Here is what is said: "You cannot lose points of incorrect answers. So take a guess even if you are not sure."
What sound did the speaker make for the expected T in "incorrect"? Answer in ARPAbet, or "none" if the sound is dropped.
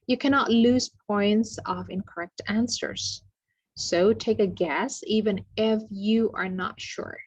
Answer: T